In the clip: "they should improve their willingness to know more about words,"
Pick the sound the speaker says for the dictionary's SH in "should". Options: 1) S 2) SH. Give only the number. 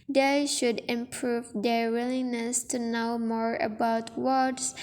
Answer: 2